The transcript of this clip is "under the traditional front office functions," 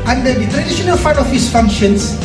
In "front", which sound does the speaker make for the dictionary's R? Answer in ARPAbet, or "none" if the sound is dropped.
none